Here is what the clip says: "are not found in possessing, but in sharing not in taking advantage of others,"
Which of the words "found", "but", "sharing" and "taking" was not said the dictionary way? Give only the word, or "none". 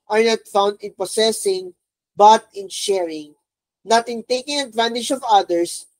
none